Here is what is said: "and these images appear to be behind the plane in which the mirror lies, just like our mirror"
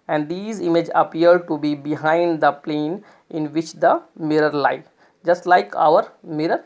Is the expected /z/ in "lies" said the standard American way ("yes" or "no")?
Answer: no